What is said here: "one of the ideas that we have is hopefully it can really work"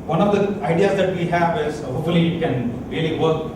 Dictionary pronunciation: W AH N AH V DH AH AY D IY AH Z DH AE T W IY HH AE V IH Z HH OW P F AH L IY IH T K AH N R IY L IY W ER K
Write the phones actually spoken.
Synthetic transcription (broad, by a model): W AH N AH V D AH AY D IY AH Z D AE T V IY HH AE V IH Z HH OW F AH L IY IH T K AH N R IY L IY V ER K